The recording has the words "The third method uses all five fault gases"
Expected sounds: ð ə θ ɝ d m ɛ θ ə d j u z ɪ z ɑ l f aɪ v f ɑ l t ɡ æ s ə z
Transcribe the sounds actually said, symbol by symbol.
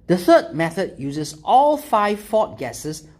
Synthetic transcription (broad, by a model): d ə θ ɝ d m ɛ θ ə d j u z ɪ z ɑ l f aɪ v f ɑ t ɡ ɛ s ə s